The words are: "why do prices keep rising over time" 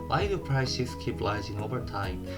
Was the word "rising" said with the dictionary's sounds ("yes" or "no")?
no